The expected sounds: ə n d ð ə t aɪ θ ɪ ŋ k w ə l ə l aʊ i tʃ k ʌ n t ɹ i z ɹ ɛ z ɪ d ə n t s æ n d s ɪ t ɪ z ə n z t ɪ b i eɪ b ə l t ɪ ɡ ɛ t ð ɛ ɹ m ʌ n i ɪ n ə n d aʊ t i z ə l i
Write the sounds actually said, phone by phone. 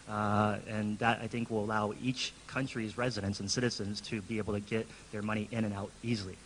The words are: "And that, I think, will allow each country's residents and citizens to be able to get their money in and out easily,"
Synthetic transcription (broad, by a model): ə n ð ə t aɪ θ ɪ ŋ k w ə l ə l aʊ i tʃ k ʌ n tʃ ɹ i z ɹ ɛ z ɪ d ə n t s n s ɪ t ɪ z ə n z t ɪ b i eɪ b l t ɪ ɡ ɛ t ð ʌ ɹ m ʌ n i ɪ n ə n aʊ t i z l i